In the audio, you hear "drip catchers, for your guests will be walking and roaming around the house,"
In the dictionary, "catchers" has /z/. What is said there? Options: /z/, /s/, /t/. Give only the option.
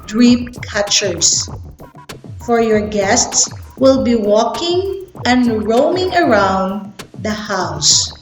/s/